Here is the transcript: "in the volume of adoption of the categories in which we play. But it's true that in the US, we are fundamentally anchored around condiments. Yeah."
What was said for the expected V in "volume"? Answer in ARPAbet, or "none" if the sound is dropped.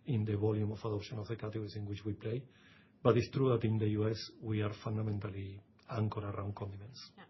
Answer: B